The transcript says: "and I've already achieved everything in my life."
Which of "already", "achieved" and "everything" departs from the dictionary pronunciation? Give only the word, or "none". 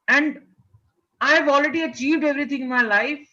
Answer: everything